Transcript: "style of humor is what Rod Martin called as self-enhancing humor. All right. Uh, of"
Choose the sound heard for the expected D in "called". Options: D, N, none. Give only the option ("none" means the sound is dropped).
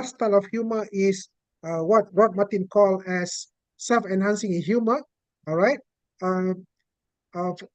none